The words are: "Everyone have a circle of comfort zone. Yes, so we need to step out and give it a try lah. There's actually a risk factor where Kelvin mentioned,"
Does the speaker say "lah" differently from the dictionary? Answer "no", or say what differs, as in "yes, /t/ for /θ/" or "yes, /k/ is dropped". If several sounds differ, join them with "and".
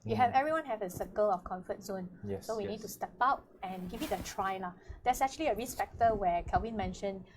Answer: no